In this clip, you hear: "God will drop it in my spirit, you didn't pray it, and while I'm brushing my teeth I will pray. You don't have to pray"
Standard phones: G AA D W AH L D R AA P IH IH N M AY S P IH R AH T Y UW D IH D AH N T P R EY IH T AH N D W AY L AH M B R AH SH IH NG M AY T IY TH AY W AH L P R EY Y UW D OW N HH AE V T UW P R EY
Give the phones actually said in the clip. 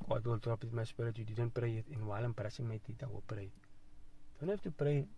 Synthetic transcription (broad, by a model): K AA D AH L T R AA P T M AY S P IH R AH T Y UW D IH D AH N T P R EY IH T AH N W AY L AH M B R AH S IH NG M AY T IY T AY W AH P R EY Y D OW N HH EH F T UW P R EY